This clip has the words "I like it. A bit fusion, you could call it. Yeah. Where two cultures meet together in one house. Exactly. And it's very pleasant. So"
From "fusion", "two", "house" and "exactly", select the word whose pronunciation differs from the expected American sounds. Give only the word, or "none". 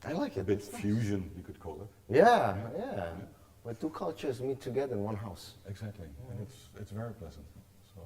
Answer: none